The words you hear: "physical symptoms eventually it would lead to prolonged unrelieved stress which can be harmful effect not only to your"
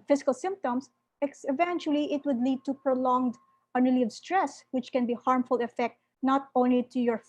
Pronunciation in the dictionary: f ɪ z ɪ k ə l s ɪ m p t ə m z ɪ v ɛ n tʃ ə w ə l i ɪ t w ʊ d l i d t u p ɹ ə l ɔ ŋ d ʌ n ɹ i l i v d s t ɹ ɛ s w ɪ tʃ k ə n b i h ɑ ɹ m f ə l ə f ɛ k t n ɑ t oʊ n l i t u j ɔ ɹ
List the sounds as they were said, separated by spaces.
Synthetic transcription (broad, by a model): f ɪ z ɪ k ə l s ɪ m p t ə m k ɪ v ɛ n tʃ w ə l i ɪ t w ʊ d l i d t u p ɹ ə l ɔ ŋ d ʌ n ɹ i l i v s t ɹ ɛ s w ɪ tʃ k ə n b i h ɑ ɹ m f ə l ə f ɛ k t n ɑ t oʊ n l i t u j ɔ ɹ